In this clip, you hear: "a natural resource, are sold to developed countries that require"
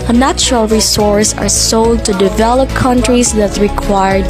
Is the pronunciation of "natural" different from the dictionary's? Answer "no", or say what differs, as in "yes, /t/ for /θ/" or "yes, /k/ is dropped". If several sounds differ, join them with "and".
no